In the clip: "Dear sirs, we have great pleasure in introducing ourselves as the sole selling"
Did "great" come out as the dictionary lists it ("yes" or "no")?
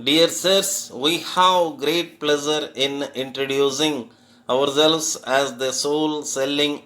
yes